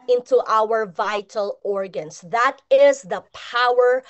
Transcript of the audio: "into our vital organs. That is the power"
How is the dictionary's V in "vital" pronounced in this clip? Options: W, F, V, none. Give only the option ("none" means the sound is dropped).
V